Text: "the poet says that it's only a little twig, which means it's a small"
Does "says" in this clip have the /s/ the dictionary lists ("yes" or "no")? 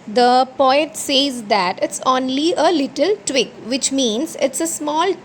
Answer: yes